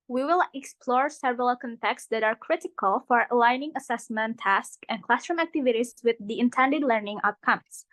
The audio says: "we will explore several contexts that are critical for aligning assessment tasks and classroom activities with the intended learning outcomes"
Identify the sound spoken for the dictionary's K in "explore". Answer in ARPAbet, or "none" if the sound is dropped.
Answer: K